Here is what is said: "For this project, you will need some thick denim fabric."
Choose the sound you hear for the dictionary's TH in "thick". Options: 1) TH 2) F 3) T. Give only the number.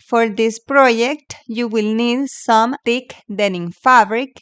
3